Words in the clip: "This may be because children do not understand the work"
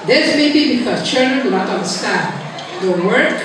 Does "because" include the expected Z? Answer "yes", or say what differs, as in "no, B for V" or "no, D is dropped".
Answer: no, Z is dropped